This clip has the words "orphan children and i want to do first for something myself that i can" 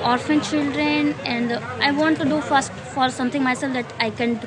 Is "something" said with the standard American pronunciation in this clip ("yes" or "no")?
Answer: no